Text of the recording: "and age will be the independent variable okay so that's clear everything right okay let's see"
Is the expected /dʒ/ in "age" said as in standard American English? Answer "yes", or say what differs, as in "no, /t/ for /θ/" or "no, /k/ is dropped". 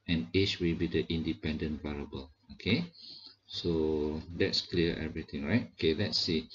no, /tʃ/ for /dʒ/